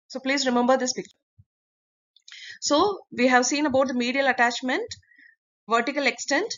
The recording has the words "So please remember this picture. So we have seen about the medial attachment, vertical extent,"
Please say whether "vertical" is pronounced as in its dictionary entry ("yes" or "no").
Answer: yes